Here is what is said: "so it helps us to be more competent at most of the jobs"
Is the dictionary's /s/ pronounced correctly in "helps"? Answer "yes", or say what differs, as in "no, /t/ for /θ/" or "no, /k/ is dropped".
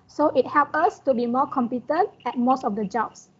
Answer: no, /s/ is dropped